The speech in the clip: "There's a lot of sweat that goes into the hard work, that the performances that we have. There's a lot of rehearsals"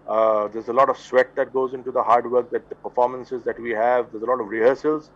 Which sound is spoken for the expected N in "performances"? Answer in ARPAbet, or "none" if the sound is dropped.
N